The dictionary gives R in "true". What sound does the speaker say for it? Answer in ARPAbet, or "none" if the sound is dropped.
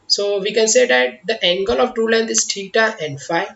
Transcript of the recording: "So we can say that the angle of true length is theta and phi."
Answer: none